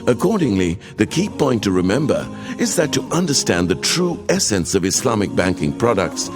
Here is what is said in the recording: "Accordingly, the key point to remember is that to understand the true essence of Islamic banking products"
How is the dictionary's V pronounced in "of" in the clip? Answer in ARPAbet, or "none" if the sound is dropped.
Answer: V